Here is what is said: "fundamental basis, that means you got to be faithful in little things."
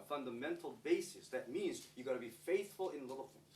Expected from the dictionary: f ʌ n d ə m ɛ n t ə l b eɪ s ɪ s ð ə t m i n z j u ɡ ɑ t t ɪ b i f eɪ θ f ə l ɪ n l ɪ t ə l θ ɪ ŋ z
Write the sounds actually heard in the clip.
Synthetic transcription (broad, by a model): f ʌ n d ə m ɛ n t l b eɪ s ɪ s ð ə t m i n z j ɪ ɡ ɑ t t ɪ b i f eɪ θ f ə l ɪ n l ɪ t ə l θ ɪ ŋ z